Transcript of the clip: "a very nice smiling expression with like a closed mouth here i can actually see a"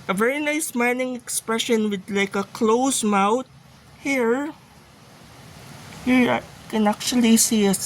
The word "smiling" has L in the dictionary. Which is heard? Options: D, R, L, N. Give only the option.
N